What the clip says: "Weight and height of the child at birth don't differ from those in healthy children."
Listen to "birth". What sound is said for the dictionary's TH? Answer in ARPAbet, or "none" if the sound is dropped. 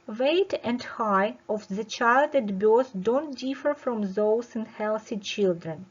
S